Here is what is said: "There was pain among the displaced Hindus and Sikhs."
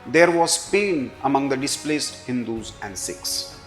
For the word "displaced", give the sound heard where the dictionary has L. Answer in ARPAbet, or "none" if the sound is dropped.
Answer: L